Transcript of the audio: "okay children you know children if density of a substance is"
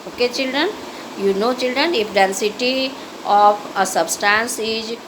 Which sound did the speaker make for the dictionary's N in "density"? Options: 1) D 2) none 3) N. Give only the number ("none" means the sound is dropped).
3